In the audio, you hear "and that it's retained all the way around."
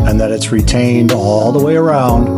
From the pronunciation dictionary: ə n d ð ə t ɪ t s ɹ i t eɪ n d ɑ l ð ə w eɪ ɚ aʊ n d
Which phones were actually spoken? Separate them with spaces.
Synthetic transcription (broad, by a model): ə n ð ə t ɪ t s ɹ i t eɪ n d ɑ l ð ə w eɪ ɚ aʊ n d